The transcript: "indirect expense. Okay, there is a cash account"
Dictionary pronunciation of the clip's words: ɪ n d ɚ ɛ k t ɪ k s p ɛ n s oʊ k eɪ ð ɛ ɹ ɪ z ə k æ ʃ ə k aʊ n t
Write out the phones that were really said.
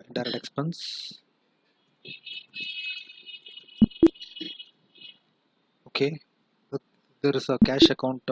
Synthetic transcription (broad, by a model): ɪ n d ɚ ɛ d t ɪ k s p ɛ n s oʊ k eɪ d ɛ ɹ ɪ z ə k æ ʃ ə k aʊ n t